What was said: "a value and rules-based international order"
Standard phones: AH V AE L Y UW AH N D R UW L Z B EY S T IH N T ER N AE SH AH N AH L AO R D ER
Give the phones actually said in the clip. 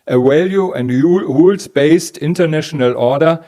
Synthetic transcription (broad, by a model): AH W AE L Y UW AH N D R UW L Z B EY S T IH N T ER N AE SH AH N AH L AO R D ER